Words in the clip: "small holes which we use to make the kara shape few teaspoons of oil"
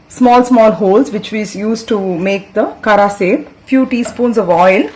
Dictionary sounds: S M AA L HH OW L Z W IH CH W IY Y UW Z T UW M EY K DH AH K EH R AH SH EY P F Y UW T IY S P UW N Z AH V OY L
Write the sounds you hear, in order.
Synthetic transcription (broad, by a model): S M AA L HH OW L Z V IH CH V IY Y UW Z T UW M EY K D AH K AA R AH S EY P F Y UW T IY S P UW N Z AH V OY L